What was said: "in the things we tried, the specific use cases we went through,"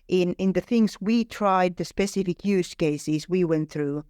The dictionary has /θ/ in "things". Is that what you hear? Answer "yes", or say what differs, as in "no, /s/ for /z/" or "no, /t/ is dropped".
yes